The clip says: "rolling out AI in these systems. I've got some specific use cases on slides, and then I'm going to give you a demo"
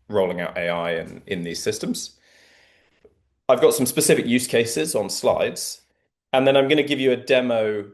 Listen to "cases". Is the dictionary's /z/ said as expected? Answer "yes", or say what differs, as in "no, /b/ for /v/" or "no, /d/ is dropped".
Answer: yes